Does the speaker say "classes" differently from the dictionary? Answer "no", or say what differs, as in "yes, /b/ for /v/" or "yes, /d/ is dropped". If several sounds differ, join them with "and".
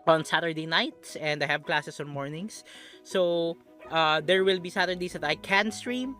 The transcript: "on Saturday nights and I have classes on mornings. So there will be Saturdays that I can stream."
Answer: yes, /s/ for /z/